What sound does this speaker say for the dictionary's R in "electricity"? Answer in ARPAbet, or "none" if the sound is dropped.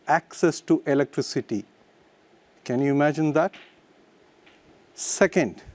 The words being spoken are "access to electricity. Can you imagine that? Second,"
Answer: R